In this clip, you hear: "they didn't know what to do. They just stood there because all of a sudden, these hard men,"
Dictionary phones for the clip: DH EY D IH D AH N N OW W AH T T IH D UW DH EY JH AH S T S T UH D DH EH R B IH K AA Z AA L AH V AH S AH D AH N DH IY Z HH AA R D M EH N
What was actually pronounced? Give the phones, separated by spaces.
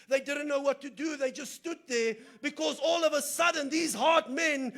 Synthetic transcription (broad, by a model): DH EY D IH D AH N N OW W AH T T IH D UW DH EY JH AH S T S T UH D DH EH R B IH K AA Z AA L AH V AH S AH D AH N DH IY Z HH AA R D M EH N